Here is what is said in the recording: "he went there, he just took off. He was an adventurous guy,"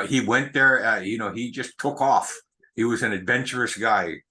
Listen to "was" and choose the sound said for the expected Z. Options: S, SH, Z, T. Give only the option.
Z